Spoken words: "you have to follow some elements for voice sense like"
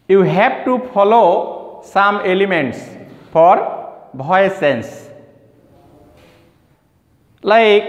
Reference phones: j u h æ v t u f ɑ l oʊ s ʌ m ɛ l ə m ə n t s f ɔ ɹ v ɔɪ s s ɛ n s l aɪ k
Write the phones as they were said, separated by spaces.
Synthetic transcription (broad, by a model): j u h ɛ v t u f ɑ l oʊ s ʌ m ɛ l ə m ə n t s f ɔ ɹ b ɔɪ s s ɛ n s l aɪ k